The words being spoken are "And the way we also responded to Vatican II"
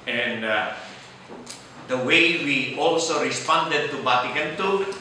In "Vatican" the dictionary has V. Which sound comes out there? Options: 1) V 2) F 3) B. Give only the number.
3